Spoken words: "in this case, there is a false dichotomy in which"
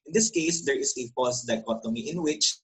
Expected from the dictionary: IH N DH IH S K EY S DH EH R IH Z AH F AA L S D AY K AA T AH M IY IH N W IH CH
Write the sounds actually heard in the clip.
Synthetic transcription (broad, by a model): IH N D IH S K EY S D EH R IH S AH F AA S D AY K AA T AH M IY IH N W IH CH